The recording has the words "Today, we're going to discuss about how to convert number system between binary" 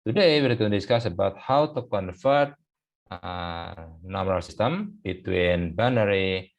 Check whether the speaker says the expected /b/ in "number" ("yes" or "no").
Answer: no